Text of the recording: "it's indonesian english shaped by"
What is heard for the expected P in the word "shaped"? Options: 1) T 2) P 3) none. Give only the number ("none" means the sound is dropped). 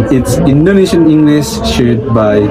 3